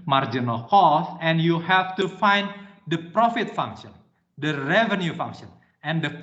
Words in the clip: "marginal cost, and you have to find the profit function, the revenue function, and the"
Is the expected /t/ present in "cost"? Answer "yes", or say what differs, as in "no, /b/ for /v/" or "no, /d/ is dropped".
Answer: no, /t/ is dropped